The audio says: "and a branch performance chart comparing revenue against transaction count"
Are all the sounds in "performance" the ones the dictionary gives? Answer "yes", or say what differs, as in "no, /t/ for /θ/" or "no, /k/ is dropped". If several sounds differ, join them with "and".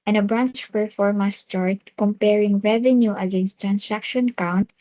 no, /n/ is dropped